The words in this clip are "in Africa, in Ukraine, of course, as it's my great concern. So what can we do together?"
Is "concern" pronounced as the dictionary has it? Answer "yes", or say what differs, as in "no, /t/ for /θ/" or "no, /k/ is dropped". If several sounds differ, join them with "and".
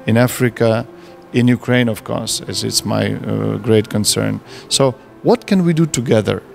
yes